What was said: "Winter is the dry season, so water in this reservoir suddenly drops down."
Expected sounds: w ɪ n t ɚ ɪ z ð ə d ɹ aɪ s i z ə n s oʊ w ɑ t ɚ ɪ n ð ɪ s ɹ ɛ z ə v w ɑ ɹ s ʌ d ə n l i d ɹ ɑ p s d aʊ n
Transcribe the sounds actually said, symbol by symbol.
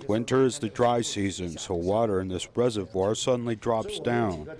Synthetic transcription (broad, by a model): w ɪ n t ɚ ɪ z ð ə d ɹ aɪ s i z ə n s oʊ w ɑ t ɚ ɪ n ð ɪ s ɹ ɛ z ə v w ɑ ɹ s ʌ d n l i d ɹ ɑ p s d aʊ n